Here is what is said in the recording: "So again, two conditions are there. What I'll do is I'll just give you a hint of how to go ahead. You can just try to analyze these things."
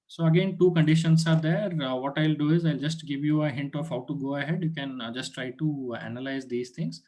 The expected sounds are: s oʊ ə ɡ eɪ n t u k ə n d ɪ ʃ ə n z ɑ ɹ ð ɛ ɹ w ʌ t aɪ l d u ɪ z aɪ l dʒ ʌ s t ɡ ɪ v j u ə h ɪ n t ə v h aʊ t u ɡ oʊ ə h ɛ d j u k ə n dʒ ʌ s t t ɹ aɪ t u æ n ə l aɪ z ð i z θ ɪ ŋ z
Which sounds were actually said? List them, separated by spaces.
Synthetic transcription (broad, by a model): s oʊ ə ɡ eɪ n t u k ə n d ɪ ʃ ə n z ɑ ɹ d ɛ ɹ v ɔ t aɪ l d u ɪ z aɪ l dʒ ʌ s t ɡ ɪ v j u ə h ɪ n t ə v h aʊ t u ɡ oʊ ə h ɛ d j u k ə n dʒ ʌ s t t ɹ aɪ t u æ n ə l aɪ z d i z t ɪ ŋ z